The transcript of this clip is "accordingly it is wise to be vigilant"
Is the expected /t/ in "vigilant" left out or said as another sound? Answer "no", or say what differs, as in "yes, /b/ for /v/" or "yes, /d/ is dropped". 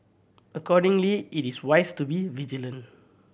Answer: yes, /t/ is dropped